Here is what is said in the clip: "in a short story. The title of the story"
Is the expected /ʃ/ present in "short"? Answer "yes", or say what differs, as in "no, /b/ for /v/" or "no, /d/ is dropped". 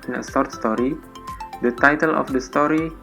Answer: no, /s/ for /ʃ/